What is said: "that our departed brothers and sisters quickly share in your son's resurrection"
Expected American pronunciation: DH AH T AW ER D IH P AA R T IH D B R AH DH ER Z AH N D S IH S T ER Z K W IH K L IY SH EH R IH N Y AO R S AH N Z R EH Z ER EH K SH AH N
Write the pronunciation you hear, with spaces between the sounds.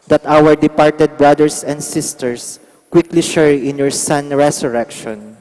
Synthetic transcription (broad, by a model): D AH T AW ER D IH P AA R T IH D B R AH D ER S AH N D S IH S T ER S K W IH K L IY SH EH R IH N Y AO R S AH N R EH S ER EH K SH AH N